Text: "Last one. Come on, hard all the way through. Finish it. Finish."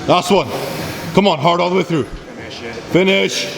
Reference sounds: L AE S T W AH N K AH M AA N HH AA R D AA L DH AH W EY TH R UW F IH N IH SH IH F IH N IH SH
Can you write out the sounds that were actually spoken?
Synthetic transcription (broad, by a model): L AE S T W AH N K AH M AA N HH AA R D AA L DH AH W EY TH R UW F F IH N IH SH